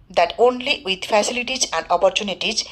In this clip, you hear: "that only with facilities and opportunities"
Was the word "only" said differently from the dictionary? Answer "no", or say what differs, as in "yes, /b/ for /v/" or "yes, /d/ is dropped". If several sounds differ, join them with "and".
no